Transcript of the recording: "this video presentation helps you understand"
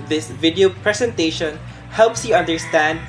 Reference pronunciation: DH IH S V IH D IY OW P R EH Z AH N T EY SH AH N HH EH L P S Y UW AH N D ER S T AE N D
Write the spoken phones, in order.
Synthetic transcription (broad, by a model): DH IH S V IH D IY OW P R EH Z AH N T EY SH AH N HH EH L P S Y UW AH N D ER S T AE N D